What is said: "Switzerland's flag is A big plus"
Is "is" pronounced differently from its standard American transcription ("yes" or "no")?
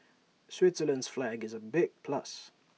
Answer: no